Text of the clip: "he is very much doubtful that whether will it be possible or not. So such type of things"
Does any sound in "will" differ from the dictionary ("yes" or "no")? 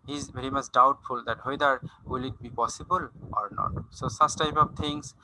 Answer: no